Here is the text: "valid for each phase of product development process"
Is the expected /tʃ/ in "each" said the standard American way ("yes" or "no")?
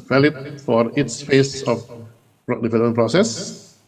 no